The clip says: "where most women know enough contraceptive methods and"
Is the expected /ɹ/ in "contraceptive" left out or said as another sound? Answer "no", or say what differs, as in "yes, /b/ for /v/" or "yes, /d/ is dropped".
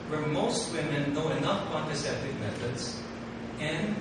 yes, /ɹ/ is dropped